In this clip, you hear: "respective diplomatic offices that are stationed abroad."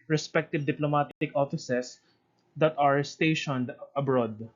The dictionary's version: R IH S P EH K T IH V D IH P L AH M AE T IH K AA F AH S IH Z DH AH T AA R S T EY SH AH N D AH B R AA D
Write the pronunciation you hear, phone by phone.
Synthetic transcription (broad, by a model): R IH S P EH K T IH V D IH P L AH M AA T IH K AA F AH S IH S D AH T AA R S T EY SH AH N D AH B R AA D